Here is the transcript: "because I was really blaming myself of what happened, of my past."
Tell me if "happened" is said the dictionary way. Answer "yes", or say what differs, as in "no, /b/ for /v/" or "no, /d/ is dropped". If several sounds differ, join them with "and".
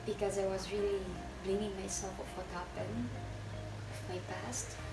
no, /d/ is dropped